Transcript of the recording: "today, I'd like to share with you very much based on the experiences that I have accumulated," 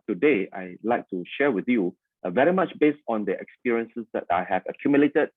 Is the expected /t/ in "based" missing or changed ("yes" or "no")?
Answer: no